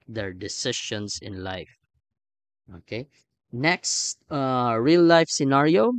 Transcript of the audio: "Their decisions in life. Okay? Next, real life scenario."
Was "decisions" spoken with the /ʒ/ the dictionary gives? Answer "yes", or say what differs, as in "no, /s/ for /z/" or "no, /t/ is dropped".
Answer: no, /ʃ/ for /ʒ/